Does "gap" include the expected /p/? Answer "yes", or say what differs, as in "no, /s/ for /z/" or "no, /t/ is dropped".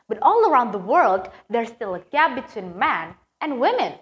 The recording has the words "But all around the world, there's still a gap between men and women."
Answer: no, /b/ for /p/